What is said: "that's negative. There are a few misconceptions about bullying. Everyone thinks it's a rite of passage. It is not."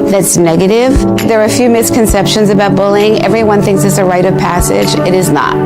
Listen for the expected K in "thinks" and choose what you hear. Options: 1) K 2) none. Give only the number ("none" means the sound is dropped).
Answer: 1